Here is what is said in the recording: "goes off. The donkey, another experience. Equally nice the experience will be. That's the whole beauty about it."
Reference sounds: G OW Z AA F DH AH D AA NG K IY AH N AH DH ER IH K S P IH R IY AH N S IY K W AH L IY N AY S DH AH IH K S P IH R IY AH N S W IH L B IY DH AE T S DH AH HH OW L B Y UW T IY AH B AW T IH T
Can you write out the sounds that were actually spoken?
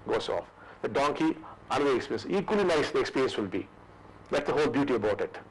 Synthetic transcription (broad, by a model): G OW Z AA F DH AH D AA NG K IY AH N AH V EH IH K S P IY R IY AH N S IY K W AH L IY N AY S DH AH K S P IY R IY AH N S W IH L B IY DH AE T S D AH HH OW L B Y UW T IY AH B AW T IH T